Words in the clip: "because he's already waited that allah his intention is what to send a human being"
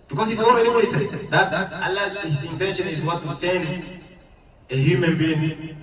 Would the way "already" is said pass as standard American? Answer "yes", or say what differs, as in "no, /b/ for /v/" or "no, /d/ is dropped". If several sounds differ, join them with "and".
no, /l/ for /ɹ/